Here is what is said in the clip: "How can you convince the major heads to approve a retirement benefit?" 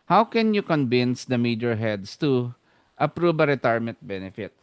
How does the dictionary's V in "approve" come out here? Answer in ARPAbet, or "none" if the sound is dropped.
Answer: B